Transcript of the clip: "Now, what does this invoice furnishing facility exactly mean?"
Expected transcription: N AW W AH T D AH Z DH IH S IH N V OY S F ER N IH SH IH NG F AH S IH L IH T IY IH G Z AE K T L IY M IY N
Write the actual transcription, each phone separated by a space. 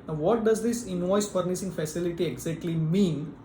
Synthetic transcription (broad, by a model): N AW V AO T D AH Z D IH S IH N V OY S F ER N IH S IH NG F AH S IH L IH T IY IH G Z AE K T L IY M IY N